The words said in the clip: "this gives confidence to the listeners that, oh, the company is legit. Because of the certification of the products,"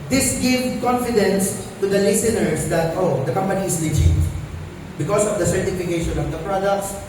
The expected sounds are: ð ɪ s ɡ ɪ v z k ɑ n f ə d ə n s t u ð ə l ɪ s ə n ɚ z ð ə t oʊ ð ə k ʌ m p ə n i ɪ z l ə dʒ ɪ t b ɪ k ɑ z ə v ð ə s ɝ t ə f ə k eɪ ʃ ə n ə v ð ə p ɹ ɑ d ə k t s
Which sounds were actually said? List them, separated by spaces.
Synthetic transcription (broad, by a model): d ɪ s ɡ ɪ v k ɑ n f ə d ə n s t u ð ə l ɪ s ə n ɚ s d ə t oʊ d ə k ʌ m p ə n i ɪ s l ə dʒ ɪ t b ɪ k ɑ s ə v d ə s ɝ t ə f ə k eɪ ʃ ə n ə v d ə p ɹ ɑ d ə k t s